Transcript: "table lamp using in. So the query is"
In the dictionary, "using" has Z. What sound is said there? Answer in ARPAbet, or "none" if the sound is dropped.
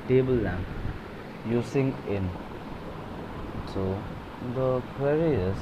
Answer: S